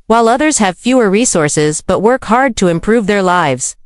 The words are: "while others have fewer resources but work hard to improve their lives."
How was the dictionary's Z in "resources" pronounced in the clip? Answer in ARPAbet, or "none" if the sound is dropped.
Z